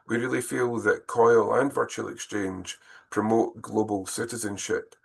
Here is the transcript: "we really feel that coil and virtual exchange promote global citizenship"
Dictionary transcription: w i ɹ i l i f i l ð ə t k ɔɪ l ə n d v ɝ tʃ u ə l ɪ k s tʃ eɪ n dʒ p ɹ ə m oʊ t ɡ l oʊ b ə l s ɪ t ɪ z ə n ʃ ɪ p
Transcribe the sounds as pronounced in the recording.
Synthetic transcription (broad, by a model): w i ɹ i l i f i l ð ə t k ɔɪ l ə n v ɝ tʃ u ə l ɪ k s tʃ eɪ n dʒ p ɹ ə m oʊ t ɡ l oʊ b ə l s ɪ t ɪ z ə n ʃ ɪ p